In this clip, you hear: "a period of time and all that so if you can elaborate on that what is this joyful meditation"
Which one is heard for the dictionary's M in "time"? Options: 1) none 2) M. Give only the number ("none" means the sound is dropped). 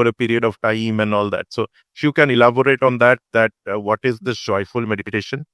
2